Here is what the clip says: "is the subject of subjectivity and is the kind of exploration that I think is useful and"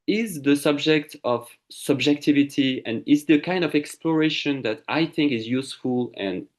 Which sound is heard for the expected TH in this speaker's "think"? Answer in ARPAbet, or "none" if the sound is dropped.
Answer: TH